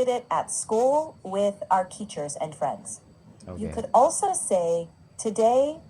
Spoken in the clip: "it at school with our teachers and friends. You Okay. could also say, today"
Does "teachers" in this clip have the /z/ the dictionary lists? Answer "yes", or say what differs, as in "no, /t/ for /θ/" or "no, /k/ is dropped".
yes